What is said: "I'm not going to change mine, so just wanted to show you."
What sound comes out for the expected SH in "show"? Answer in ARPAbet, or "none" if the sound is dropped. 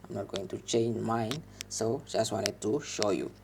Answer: SH